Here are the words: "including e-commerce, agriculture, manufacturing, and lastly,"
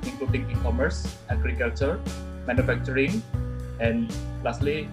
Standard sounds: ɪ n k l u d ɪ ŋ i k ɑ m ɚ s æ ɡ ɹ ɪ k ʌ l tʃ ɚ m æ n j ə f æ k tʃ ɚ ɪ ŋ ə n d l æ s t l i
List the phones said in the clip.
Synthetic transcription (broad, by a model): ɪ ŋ k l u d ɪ ŋ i k ɑ m ɚ s æ ɡ ɹ ɪ k ʌ l tʃ ɚ m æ n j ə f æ k tʃ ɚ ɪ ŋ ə n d l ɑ s t l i